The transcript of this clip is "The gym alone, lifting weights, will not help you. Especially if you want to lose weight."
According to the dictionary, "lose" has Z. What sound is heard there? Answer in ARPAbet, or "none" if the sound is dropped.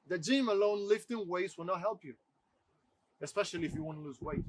Z